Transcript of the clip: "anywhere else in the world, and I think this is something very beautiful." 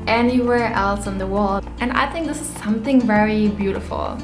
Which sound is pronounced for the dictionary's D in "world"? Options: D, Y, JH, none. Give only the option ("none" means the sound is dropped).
none